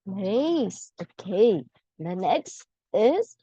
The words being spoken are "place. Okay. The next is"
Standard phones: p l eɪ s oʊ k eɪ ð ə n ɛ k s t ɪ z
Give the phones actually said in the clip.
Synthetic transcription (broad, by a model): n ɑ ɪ s oʊ k eɪ ð ə n ɛ k s t ɪ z